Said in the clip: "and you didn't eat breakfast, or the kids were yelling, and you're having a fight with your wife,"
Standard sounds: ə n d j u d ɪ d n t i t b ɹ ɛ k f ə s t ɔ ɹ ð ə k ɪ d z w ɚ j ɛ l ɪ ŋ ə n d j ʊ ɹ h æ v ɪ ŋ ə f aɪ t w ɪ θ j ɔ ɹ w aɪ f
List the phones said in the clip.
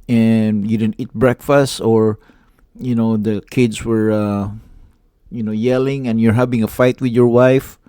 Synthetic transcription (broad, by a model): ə n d j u d ɪ d n t i t b ɹ ɛ k f ə s t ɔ ɹ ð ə k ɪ d s w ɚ j ɛ l ɪ ŋ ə n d j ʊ ɹ h æ v ɪ ŋ ə f aɪ t w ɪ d j ɔ ɹ w aɪ f